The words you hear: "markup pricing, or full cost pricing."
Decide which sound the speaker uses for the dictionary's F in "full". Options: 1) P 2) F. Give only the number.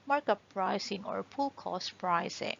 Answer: 1